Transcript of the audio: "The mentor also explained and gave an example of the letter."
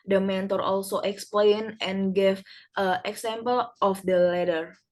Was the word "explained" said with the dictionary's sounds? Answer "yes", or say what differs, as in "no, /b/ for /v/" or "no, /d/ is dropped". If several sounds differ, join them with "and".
no, /d/ is dropped